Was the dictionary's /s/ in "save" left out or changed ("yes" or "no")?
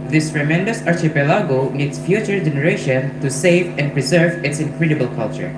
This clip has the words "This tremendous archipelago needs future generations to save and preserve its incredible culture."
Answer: no